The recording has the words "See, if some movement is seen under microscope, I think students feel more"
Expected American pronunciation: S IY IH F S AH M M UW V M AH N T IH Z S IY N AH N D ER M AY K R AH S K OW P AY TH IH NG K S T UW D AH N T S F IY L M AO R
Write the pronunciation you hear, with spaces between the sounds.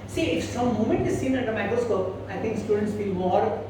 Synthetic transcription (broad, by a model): S IY IH F S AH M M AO M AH N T IH Z S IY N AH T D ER M AY K R AH S K OW P AY T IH NG K S T UW D AH N T S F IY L M AO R